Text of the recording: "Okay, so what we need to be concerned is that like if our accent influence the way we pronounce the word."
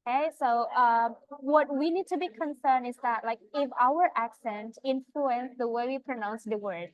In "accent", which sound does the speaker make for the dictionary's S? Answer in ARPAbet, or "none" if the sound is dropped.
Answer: S